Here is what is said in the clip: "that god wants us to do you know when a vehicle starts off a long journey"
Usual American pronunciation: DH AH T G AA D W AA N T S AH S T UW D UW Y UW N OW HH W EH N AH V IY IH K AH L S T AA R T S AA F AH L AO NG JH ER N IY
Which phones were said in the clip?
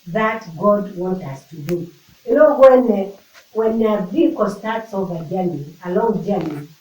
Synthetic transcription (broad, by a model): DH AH T G AA D W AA N T AA S T UW D UW Y UW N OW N W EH N AH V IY K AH S T AA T S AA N AH L AO NG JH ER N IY